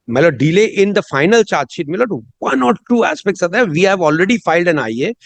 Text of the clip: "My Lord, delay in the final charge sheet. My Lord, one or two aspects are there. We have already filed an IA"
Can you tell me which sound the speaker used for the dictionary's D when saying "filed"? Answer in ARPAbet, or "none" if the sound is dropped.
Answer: D